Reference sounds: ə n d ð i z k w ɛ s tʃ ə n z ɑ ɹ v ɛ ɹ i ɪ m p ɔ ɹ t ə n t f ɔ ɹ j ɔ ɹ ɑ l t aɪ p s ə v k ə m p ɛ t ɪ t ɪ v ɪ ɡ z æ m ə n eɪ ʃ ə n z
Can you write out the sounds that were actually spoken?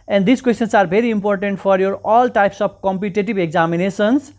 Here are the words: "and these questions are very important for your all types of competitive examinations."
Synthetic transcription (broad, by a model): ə n d i s k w ɛ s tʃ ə n s ɑ ɹ b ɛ ɹ i ɪ m p ɔ ɹ t ə n t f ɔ ɹ j ɔ ɹ ɑ l t aɪ p s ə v k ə m p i t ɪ t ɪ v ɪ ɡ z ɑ m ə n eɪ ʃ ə n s